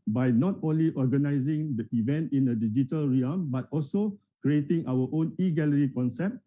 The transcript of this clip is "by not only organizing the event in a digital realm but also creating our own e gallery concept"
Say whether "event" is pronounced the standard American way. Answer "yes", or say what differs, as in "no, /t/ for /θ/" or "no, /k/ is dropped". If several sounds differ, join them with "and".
yes